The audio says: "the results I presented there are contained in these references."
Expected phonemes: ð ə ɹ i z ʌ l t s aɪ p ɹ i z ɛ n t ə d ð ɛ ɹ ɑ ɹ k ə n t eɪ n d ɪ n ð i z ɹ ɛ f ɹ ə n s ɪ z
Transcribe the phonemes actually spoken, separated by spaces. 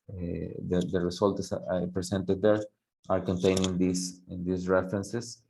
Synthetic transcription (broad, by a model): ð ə ɹ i s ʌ l t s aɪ p ɹ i s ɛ n t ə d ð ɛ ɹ ɑ ɹ k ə n t eɪ n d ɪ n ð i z ɹ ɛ f ɹ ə n s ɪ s